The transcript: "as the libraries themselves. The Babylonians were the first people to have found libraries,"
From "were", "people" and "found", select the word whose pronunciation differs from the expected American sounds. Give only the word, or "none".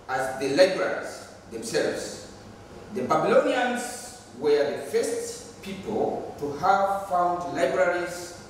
none